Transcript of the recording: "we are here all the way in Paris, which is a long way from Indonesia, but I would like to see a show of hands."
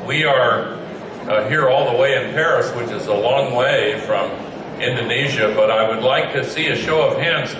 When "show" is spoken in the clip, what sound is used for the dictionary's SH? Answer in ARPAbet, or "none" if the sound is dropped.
SH